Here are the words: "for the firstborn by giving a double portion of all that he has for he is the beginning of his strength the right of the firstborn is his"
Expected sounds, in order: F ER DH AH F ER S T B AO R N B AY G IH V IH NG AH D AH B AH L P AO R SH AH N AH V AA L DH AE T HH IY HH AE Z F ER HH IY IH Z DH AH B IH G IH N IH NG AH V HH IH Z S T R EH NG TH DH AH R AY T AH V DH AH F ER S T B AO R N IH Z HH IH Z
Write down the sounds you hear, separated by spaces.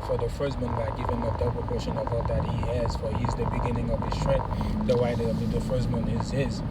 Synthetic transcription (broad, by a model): F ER DH AH F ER S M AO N B AY G IH V IH NG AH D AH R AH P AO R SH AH N AH V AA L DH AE T HH IY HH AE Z F ER HH IY Z DH AH B IH G IH N IH NG AH V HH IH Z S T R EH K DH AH W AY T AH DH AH F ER S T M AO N IH Z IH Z